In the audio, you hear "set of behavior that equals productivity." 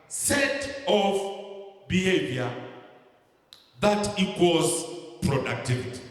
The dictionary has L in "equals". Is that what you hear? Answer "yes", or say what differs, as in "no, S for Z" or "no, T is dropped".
no, L is dropped